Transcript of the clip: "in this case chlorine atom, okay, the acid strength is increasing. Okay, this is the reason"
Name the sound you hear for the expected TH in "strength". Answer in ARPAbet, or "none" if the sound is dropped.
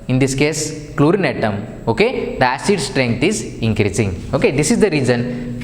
T